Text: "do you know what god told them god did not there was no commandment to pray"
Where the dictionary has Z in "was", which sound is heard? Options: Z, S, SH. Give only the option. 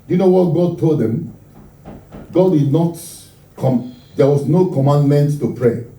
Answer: S